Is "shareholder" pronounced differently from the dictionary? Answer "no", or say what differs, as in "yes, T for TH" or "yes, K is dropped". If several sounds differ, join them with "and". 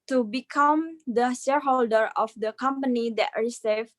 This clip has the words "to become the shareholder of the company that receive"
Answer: no